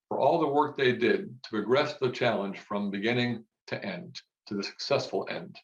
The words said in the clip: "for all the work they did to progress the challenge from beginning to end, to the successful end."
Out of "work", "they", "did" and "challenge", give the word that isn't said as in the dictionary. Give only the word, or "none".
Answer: challenge